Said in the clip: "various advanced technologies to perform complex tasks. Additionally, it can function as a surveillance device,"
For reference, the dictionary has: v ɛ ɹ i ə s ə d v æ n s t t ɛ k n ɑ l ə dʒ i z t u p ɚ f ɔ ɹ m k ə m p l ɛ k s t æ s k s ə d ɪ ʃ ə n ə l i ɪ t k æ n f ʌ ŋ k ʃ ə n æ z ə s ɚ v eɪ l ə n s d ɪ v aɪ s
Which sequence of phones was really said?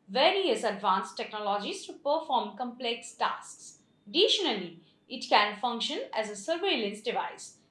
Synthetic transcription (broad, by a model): v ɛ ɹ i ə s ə d v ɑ n s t t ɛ k n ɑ l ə dʒ i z t u p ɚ f ɔ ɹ m k ə m p l ɛ k s t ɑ s k s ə d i ʃ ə n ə l i ɪ t k æ n f ʌ ŋ k ʃ ə n æ z ə s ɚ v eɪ l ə n s d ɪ v aɪ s